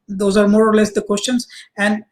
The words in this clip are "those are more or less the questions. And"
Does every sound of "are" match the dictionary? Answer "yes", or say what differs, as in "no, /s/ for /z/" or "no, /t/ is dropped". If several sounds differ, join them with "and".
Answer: yes